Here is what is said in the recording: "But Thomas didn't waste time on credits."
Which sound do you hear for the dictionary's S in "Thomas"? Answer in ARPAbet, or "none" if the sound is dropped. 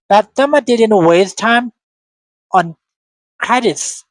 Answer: none